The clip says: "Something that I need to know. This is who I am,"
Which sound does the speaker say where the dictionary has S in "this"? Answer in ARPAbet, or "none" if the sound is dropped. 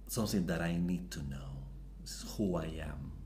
none